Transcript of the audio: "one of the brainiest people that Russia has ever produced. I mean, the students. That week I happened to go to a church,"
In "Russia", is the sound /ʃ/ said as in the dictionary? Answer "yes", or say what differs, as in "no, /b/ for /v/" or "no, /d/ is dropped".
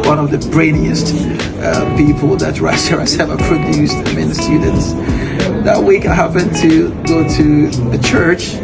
no, /s/ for /ʃ/